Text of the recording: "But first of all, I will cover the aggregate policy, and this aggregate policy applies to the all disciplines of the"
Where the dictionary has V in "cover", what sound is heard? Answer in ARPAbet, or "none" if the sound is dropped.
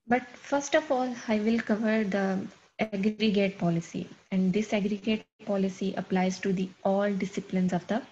V